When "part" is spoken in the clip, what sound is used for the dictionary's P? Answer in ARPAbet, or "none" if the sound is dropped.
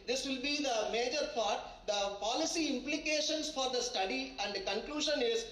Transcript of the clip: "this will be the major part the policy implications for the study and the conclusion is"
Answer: F